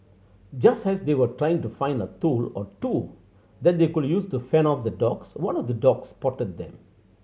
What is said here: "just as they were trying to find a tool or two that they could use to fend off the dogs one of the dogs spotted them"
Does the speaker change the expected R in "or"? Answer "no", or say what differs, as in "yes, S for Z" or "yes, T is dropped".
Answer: no